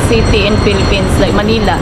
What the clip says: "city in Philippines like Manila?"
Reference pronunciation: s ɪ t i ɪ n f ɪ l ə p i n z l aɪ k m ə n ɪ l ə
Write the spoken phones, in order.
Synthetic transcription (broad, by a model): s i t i ɪ n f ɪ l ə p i n s l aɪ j m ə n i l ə